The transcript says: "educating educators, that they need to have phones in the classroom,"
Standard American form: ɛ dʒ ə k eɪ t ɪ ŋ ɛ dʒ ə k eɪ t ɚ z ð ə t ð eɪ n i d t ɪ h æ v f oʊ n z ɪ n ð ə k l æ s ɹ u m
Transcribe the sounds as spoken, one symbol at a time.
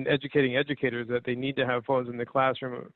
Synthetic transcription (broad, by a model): ɛ dʒ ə k eɪ t ɪ ŋ ɛ dʒ ə k eɪ t ɚ z ð ə t ð eɪ n i d t ɪ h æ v f oʊ n z ɪ n ð ə k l æ s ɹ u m